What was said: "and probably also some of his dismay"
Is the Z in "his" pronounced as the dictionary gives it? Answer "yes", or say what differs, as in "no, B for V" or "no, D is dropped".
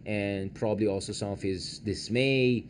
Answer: yes